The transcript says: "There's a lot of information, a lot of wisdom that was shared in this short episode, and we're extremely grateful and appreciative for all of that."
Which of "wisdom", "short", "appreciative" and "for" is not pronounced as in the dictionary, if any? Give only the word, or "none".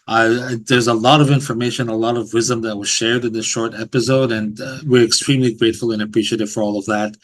none